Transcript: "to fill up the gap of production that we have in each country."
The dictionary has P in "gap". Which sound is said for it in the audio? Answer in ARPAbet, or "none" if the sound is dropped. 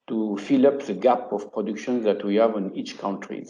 P